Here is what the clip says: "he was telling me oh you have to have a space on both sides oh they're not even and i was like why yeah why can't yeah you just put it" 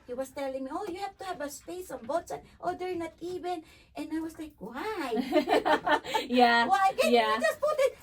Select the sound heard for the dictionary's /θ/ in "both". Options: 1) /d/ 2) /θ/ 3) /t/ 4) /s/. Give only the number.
3